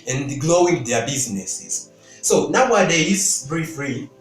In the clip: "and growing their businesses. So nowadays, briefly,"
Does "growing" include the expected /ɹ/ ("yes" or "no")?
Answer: no